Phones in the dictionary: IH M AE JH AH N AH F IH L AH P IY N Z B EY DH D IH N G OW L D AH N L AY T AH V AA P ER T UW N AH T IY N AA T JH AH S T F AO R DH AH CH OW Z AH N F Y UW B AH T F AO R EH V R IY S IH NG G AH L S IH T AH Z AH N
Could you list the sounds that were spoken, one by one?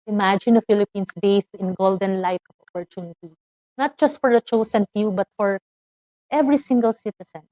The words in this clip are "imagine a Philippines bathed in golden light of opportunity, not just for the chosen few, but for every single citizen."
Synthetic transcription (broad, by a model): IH M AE JH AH N AH F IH L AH P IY N S B EY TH IH N G OW L D AH N L AY T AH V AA P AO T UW N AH T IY N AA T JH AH S T F AO R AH CH OW S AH N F Y UW B AH T F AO R EH V R IY S IH NG G AH L S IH T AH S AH N